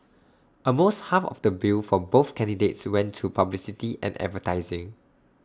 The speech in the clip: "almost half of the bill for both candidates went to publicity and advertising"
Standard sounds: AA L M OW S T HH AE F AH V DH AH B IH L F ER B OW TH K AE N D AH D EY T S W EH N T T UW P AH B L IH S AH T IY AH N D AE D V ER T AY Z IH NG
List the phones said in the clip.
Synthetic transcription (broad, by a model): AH M OW S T HH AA F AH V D AH B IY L F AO B OW TH K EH N D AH D EY T S W EH N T T UW P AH B L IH S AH T IY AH N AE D V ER T AY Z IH NG